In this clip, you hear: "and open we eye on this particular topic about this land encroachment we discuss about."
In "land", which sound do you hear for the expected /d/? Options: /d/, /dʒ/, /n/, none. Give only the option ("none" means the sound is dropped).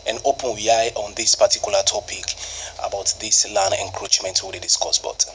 none